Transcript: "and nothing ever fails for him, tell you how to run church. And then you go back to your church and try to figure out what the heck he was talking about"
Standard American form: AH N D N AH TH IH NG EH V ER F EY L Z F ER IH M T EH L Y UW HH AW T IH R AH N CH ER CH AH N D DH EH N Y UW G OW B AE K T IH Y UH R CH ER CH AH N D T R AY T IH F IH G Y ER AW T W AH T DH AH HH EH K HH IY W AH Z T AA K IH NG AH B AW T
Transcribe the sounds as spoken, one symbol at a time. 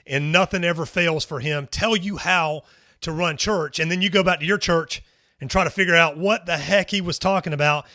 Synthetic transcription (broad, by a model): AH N N AH TH IH NG EH V ER F EY L Z F ER IH M T EH L Y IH HH AW T IH R AH N CH ER CH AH N DH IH N Y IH G OW B AE K T IH Y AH R CH ER CH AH N T R AY T IH F IH G Y ER AW T W AH T DH AH HH EH K HH IY W AH Z T AA K IH NG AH B AW T